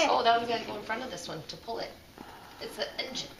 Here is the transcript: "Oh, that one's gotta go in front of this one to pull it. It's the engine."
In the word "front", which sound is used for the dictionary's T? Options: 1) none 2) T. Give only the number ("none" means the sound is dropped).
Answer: 2